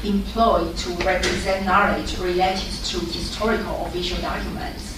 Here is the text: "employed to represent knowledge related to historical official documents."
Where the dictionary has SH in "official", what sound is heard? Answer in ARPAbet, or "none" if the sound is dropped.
SH